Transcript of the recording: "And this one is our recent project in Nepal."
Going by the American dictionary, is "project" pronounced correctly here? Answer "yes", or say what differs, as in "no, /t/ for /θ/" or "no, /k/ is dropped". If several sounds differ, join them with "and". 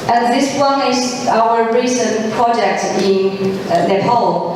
yes